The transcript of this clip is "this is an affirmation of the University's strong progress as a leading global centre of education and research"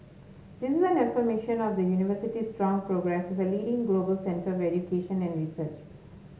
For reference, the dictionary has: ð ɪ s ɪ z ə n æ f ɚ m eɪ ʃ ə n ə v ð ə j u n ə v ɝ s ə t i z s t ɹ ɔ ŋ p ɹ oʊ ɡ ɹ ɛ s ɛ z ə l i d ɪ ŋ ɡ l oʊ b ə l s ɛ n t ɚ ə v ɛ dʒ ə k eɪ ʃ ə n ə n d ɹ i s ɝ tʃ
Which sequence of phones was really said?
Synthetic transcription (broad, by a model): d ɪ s ɪ z ə n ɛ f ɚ m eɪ ʃ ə n ə v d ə j u n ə v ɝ s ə t i s t ɹ ɔ ŋ p ɹ oʊ ɡ ɹ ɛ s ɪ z ə l i d ɪ ŋ ɡ l oʊ b ə l s ɛ n t ɚ ə v ɛ dʒ ə k eɪ ʃ ə n ə n d ɹ i s ɝ tʃ